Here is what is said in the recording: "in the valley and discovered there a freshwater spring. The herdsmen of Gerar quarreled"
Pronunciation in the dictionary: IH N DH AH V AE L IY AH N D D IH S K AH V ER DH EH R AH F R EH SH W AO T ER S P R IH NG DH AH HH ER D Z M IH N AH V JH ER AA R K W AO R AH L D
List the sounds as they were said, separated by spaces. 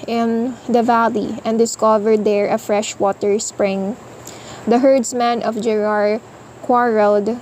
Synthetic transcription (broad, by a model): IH N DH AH V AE L IY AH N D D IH S K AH V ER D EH R AH F R EH SH W AO T ER S P R IH NG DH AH HH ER D S M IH N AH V JH ER AA R K W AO R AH L D